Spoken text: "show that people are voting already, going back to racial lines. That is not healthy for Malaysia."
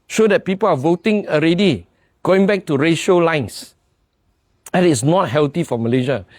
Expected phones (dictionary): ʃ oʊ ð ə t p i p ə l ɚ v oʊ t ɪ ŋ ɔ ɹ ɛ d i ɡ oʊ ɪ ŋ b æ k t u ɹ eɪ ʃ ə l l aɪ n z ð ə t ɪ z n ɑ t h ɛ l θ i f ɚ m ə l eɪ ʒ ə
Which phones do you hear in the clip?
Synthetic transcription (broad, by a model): ʃ oʊ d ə t p i p ə l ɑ v oʊ t ɪ ŋ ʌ ɹ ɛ d i ɡ oʊ ɪ ŋ b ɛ k t u ɹ eɪ ʃ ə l l aɪ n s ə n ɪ s n ɑ t h ɛ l t i f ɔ m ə l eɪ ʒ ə